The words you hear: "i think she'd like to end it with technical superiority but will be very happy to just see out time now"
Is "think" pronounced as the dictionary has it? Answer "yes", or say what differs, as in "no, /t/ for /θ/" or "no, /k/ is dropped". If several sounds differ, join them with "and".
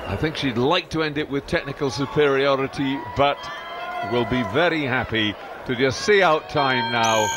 yes